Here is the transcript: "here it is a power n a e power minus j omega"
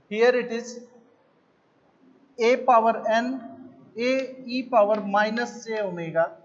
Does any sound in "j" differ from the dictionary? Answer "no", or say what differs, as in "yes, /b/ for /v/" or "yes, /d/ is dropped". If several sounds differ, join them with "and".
yes, /tʃ/ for /dʒ/